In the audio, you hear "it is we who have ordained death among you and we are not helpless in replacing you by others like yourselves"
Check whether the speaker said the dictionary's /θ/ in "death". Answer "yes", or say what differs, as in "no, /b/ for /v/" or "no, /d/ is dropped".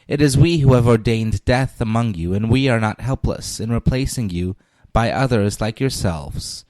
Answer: yes